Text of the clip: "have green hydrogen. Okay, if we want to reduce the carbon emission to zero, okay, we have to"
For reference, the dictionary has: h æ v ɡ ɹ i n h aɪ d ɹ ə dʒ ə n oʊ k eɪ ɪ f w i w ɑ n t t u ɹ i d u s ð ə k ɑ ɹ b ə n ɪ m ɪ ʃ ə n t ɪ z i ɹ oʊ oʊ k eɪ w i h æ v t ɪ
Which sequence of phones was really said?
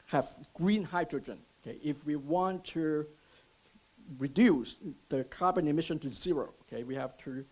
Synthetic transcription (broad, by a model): h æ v ɡ ɹ i n h aɪ d ɹ ə dʒ ə n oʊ k eɪ ɪ f w i w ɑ n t t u ɹ i d u s ð ə k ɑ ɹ b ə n ɪ m ɪ ʃ ə n t ɪ z i ɹ oʊ oʊ k eɪ w i h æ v t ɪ